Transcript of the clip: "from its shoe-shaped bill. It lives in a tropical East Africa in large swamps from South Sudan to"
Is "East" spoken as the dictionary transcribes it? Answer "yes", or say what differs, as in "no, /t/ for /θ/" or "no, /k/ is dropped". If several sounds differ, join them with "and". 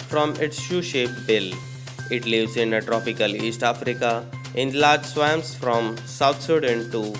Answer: yes